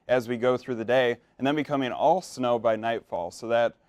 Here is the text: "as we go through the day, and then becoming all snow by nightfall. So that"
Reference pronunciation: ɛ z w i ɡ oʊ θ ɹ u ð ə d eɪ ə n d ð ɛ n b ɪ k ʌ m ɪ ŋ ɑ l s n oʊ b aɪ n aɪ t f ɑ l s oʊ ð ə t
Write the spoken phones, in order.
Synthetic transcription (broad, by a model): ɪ z w i ɡ oʊ θ ɹ u ð ə d eɪ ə n ð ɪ n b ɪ k ʌ m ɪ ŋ ɑ l s n oʊ b aɪ n aɪ t f ɑ l s oʊ ð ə t